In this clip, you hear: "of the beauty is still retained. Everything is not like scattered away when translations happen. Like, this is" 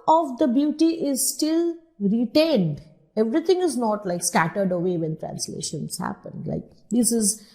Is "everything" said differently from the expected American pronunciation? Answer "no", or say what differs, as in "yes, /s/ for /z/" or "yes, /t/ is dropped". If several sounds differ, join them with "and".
yes, /t/ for /θ/